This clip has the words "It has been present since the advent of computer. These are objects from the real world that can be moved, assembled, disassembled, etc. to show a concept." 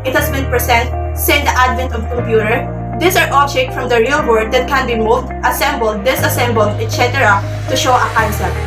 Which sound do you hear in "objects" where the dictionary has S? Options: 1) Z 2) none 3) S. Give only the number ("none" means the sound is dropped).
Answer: 2